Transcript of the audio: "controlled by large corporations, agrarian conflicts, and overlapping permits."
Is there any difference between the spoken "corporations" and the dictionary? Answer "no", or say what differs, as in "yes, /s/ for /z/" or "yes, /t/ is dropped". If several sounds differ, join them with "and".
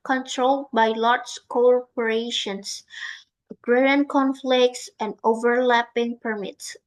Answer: yes, /s/ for /z/